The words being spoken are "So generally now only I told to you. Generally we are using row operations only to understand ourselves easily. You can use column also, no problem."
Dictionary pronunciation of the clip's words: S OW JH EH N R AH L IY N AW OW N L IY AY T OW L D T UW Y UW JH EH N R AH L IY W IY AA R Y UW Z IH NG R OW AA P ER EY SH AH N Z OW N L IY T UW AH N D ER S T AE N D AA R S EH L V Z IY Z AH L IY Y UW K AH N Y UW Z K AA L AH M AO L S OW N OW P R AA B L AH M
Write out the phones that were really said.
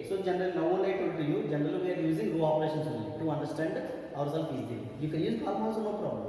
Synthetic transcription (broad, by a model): S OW JH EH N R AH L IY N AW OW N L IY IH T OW D T UW Y UW JH EH N R AH L IY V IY AA R Y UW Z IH NG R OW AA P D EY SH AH N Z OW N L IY T UW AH N D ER S T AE N D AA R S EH L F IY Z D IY Y UW K AH N Y UW Z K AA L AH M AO S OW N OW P R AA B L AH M